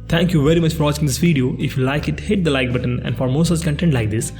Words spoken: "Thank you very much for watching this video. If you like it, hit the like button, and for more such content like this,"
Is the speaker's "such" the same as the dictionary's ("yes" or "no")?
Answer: no